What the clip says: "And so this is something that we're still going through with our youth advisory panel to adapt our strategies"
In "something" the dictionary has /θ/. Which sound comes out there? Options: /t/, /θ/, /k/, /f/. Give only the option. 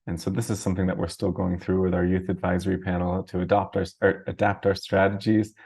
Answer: /θ/